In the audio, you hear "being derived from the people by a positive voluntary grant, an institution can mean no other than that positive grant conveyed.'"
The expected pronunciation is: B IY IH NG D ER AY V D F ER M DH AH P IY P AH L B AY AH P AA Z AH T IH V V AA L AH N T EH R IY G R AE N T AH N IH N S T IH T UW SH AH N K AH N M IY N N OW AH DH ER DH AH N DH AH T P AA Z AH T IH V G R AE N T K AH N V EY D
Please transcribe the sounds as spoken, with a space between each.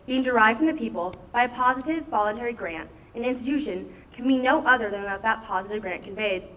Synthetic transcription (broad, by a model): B IY IH NG D ER AY V D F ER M DH AH P IY P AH L B AY AH P AA Z AH T IH V V AA L AH N T EH R IY G R AE N T AH N IH N S T IH T UW SH AH N K AH N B IY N N OW AH DH ER DH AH N DH AH T P AA Z AH T IH V G R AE N K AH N V EY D